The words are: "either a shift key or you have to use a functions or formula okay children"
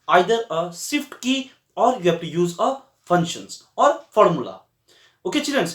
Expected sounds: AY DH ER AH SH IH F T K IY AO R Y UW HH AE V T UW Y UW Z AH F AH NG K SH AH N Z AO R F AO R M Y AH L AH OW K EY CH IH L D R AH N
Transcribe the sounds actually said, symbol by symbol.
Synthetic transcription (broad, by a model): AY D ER AH S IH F T K IY AO R Y UW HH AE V T UW Y UW Z AH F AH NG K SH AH N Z AO R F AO R M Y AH L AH OW K EY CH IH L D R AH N